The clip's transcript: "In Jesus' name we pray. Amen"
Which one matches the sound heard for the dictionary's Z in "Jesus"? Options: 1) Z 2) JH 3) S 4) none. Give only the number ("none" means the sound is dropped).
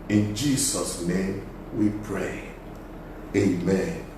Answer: 3